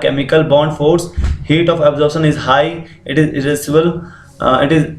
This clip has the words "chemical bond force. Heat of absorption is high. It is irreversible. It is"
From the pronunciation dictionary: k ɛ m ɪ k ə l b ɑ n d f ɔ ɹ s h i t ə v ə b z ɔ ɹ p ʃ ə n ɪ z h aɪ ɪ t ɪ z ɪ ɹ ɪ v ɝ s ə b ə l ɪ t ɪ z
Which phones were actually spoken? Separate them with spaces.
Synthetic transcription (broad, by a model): k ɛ m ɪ k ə l b ɑ n d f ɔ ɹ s h i t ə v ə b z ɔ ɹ ʃ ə n ɪ z h aɪ ɪ t ɪ z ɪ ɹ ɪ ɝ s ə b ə l ɪ t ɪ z